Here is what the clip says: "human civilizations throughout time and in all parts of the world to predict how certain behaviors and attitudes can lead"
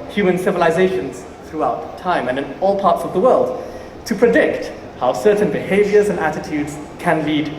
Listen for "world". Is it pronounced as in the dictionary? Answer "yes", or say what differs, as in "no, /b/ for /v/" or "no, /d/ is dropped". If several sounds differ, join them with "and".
yes